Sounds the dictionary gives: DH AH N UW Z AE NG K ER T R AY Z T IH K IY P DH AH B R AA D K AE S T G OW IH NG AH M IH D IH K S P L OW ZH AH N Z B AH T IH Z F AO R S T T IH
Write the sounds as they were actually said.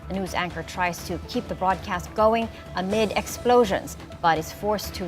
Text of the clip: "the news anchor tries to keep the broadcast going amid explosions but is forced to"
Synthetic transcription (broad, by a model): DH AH N UW Z AE NG K ER T R AY Z T IH K IY P DH AH B R AA D K AE S T G OW IH NG AH M IH D IH K S P L OW ZH AH N Z B AH T IH Z F AO R S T T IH